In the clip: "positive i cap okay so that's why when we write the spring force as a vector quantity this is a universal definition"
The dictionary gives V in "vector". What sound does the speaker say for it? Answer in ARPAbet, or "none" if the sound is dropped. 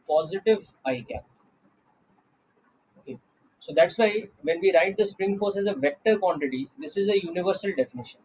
V